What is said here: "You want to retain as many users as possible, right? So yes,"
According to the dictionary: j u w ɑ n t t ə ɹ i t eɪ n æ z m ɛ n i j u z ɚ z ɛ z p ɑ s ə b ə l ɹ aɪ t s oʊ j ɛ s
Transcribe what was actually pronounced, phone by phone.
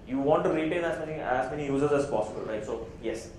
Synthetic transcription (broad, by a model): j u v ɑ n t t ə l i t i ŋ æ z m ɛ n i j u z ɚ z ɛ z p ɑ s ə b ə l ɹ aɪ t s oʊ j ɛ s